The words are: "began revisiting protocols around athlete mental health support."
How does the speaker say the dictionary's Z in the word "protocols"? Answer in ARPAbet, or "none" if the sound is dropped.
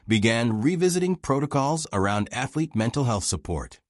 Z